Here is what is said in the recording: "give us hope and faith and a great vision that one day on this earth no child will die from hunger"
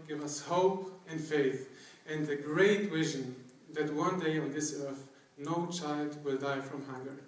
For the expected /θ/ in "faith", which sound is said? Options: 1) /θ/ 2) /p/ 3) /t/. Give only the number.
1